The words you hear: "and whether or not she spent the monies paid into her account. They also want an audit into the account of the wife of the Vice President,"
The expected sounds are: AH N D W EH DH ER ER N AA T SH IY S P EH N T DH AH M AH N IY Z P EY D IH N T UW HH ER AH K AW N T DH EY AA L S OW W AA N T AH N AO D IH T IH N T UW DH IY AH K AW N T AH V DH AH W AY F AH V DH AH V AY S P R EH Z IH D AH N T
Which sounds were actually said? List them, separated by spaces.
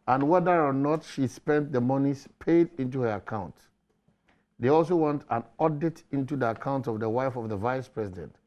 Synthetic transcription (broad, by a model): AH N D W EH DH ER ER N AA T SH IY S P EH N T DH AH M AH N IY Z P EY D IH N T UW HH ER AH K AW N T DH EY AA L S OW W AA N T AH N AO D IH T IH N T UW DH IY AH K AW N T AH V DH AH W AY F AH V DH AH V AY S P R EH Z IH D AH N T